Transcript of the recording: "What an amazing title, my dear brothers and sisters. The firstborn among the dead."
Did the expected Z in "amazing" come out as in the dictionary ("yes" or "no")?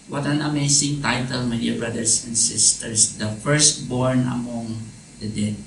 no